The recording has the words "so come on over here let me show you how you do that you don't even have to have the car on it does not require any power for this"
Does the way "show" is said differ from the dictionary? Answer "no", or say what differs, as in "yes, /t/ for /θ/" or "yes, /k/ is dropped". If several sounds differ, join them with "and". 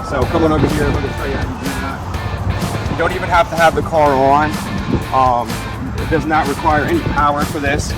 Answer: yes, /s/ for /ʃ/